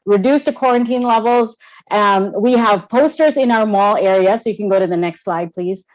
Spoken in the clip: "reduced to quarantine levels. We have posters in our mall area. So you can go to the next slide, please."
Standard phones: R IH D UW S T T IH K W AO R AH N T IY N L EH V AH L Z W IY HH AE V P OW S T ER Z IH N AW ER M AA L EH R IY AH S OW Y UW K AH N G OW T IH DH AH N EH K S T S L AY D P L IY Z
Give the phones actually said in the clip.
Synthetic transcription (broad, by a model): R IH D UW S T T IH K W AO R AH N T IY N L EH V L Z W IY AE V P OW S T ER Z IH N AW ER M AA L EH R IY AH S OW Y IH K AH N G OW T IH DH AH N EH K S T S L AY D P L IY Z